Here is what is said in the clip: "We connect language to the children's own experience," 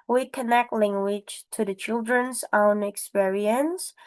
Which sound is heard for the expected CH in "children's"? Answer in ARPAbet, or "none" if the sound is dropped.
CH